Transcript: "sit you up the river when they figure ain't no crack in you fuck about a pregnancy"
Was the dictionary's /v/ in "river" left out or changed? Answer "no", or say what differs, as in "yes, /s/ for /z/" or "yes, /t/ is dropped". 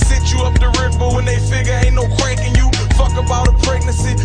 yes, /b/ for /v/